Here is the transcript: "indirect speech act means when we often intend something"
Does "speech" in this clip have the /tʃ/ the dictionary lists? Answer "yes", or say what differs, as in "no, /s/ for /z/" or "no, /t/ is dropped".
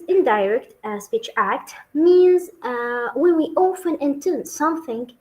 yes